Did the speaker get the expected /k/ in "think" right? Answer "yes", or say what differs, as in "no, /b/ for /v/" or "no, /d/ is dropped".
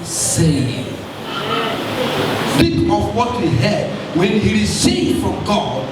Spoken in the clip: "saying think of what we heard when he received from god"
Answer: no, /k/ is dropped